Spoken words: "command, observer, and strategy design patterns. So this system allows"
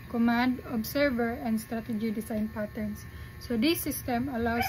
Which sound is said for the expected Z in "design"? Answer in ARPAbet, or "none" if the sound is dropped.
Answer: S